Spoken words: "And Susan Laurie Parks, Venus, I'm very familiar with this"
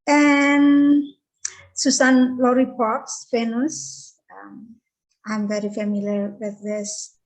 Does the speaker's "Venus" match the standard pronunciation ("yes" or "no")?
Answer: no